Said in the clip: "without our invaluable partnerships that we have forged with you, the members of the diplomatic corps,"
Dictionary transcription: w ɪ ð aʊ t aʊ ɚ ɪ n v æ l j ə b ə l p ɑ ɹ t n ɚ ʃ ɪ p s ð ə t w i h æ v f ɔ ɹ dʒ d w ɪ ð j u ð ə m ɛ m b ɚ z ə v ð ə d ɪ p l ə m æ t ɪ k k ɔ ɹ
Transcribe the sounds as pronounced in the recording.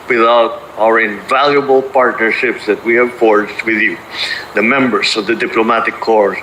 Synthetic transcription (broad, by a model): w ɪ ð aʊ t aʊ ɚ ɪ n v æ l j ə b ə l p ɑ ɹ t n ɚ ʃ ɪ p s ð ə t w i h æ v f ɔ ɹ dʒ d w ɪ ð j u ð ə m ɛ m b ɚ s ə v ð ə d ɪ p l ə m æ t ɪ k k ɔ ɹ